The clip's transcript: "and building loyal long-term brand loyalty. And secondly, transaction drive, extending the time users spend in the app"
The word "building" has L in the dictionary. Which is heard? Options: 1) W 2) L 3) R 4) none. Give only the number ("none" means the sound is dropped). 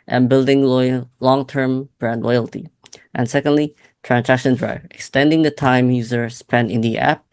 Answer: 2